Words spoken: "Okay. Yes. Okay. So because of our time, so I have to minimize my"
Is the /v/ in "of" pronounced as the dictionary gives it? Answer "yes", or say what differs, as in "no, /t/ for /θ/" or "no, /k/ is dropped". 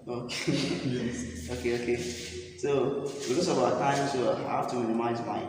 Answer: no, /b/ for /v/